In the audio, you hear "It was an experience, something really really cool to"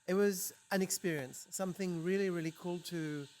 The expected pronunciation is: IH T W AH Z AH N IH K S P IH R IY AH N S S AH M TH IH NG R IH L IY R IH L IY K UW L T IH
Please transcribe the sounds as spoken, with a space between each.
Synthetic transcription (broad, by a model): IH T W AH Z AH N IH K S P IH R IY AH N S S AH M TH IH NG R IH L IY R IH L IY K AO L T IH